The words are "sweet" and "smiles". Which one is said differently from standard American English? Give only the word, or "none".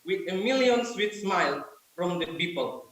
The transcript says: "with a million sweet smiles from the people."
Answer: smiles